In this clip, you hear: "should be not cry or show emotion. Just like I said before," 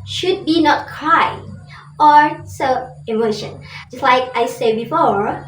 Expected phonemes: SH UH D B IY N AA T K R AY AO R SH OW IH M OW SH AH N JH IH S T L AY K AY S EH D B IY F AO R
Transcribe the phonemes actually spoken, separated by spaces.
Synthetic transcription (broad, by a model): SH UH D B IY N AA T K R AY AO R S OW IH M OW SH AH N JH IH S T L AY K AY S EH D B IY F AO R